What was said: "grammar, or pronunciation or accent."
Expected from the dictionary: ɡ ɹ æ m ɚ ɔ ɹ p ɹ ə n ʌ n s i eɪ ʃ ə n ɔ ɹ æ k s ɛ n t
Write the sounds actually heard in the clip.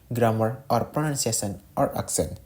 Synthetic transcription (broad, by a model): ɡ ɹ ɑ m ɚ ɔ ɹ p ɹ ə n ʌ n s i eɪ s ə n ɔ ɹ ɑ k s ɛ n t